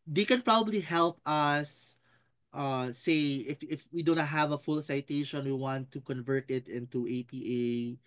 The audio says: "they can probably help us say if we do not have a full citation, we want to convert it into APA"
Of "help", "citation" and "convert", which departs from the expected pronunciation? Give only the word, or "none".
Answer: none